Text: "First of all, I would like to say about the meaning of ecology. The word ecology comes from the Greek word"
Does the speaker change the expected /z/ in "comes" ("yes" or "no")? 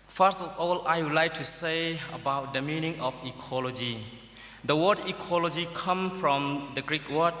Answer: yes